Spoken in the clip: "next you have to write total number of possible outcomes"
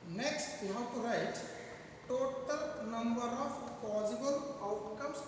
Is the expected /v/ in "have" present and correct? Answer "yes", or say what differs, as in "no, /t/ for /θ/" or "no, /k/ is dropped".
no, /w/ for /v/